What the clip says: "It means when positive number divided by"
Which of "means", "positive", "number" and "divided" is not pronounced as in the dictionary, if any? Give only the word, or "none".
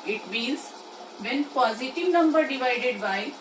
means